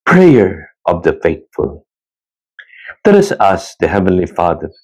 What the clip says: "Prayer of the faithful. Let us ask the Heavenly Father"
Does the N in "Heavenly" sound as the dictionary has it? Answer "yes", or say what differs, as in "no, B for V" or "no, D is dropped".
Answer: yes